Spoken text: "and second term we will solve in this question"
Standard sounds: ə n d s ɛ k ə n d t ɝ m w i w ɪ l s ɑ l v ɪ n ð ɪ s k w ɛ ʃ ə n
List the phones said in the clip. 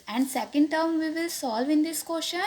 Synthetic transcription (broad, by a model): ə n d s ɛ k ə n d t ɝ m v i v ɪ l s ɑ l v ɪ n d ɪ s k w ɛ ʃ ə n